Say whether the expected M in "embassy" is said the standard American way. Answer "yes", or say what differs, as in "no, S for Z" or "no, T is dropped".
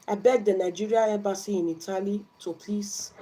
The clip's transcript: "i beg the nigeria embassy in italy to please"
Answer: no, M is dropped